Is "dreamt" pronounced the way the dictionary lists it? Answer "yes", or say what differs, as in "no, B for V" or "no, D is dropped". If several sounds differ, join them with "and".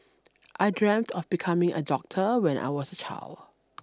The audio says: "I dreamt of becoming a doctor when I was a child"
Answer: yes